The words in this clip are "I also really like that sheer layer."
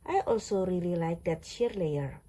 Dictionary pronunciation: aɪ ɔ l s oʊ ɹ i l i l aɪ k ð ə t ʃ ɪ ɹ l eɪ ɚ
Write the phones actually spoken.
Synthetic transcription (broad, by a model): aɪ ɔ l s oʊ ɹ i l i l aɪ k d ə t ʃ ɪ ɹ l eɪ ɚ